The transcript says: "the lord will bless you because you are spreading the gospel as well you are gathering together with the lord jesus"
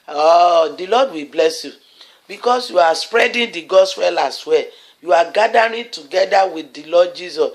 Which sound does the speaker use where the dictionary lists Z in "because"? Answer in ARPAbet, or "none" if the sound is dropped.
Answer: S